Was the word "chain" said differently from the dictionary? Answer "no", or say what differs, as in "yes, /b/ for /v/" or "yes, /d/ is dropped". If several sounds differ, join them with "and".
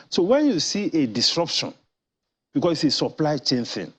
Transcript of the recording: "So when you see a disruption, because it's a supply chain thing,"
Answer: no